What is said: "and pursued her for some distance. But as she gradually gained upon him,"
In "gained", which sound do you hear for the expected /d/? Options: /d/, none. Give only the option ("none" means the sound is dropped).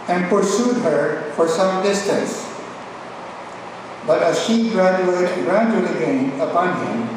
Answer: none